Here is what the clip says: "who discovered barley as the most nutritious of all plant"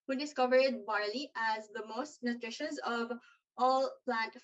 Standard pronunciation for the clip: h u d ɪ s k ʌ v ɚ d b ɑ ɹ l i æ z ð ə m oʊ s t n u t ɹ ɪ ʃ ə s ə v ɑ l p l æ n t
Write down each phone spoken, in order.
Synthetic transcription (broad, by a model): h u d ɪ s k ʌ v ɚ d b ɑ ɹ l i æ z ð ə m oʊ s t n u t ɹ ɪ ʃ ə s ə v ɑ l p l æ n t